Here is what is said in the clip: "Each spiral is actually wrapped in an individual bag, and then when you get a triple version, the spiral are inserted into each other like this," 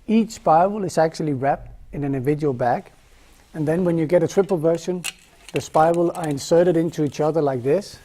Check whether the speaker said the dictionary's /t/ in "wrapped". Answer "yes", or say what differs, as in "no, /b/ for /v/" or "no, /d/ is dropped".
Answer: yes